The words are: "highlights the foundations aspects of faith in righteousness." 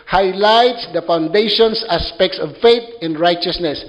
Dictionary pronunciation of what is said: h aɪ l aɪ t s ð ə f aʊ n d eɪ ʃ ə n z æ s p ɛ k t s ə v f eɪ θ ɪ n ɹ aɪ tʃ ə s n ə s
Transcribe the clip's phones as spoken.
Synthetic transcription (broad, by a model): h aɪ l aɪ t s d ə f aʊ n d eɪ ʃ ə n s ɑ s p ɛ k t s ə v f eɪ t ɪ n ɹ aɪ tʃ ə s n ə s